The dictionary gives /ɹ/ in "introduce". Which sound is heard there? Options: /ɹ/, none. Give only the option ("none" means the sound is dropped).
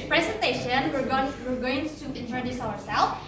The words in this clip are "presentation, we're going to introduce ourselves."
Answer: none